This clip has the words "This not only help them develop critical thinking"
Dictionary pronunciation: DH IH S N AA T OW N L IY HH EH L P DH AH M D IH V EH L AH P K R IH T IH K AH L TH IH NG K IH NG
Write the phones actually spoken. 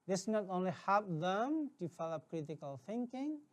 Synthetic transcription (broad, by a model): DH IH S N AA T OW N L IY HH EH L P DH AH M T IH F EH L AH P K R IH T IH K AH L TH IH NG K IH NG